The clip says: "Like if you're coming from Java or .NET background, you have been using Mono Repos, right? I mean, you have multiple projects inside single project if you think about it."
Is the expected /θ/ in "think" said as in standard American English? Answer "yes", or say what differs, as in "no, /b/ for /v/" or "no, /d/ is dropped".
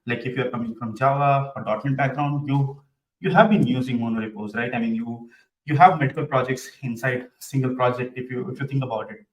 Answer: no, /t/ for /θ/